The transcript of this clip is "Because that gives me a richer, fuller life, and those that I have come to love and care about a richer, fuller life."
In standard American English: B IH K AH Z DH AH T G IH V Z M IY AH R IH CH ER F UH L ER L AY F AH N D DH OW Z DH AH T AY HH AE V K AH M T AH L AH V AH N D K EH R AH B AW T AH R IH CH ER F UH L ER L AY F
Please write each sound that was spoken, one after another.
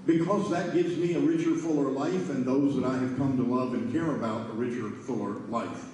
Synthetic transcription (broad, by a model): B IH K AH Z DH AH T G IH V Z M IY AH R IH CH ER F UH L ER L AY F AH N DH OW Z DH AH T AY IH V K AH M T AH L AH V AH N K EH R AH B AW T AH R IH CH ER F UH L ER L AY F